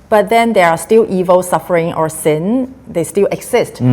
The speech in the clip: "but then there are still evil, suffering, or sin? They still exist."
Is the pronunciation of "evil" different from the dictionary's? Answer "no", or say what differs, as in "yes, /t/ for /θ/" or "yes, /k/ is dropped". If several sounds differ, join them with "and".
no